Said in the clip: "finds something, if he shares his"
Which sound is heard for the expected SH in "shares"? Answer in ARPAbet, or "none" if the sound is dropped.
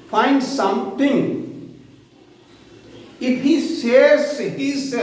S